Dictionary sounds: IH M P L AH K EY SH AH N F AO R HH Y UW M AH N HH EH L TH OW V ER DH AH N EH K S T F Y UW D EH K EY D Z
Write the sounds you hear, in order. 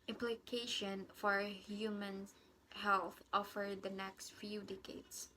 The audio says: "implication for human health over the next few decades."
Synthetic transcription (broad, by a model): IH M P L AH K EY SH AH N F AO R HH Y UW M AH N HH EH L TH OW F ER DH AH N EH K S T F Y UW D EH K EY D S